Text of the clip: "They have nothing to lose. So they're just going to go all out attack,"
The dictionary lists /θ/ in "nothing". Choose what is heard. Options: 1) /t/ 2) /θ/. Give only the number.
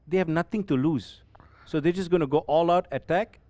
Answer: 1